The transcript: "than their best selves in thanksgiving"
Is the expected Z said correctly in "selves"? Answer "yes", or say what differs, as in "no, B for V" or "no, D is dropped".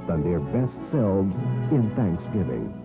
yes